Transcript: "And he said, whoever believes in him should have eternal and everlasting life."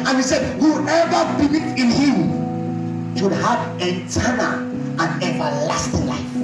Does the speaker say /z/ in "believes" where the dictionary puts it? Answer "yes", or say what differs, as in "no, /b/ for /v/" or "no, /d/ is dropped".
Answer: no, /z/ is dropped